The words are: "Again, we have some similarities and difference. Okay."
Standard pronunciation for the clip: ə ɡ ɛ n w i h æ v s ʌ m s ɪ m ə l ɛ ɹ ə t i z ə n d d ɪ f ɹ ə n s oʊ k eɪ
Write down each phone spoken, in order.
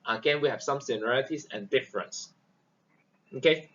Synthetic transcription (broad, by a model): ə ɡ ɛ n w i h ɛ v s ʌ m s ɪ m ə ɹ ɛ l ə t i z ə n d d ɪ f ɹ ə n s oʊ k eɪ